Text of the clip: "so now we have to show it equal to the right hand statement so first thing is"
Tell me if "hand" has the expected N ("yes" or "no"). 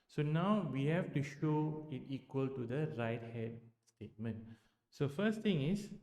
no